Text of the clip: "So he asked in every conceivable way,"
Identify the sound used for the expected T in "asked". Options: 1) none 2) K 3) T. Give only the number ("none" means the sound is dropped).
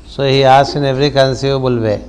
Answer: 1